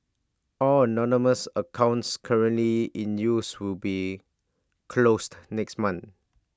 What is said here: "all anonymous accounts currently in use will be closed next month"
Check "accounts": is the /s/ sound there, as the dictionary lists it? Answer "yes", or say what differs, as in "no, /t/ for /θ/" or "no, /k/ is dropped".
yes